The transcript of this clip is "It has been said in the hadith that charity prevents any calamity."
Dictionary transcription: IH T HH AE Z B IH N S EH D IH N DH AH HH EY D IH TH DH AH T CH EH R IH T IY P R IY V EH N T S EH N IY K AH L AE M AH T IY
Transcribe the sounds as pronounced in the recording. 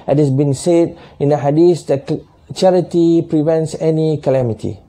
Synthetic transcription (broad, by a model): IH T HH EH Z B IH N S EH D IH N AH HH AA D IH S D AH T CH EH R IH T IY P R IY V EH N T S EH N IY K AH L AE M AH T IY